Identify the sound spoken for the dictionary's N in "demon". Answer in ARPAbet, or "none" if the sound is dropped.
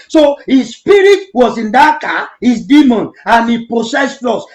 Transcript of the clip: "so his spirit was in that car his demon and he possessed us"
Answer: N